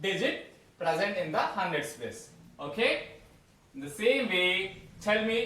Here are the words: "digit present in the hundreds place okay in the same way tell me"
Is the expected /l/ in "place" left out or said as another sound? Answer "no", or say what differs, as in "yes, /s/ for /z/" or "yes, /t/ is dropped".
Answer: yes, /l/ is dropped